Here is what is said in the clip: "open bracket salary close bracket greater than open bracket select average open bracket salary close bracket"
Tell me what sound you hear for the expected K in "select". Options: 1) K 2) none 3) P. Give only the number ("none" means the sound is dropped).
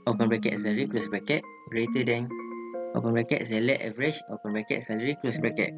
2